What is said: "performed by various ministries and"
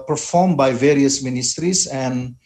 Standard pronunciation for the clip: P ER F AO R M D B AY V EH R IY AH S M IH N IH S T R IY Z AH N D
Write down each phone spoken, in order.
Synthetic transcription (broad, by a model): P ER F AO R M B AY V EH R IY AH S M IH N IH S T R IY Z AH N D